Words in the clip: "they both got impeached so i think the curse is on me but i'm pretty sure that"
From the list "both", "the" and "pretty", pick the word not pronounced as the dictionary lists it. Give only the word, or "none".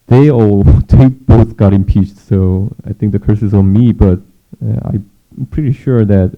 none